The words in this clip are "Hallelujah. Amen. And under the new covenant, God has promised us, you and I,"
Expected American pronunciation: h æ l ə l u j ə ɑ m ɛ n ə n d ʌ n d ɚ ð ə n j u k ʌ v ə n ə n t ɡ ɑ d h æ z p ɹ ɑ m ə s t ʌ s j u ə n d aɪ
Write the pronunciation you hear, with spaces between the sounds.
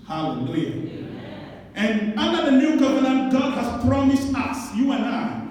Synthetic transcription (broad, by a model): h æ l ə l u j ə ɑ ɛ n ə n d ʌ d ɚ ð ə n j u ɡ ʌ v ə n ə n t ɡ ɑ d h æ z p ɹ ɑ m ə s t ʌ s j u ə n aɪ